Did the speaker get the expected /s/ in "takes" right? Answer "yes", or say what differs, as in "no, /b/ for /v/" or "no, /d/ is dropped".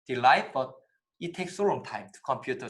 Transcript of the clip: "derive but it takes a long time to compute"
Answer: yes